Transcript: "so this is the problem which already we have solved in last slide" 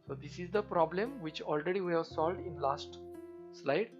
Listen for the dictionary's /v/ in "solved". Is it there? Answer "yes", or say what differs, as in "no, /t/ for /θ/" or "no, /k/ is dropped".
yes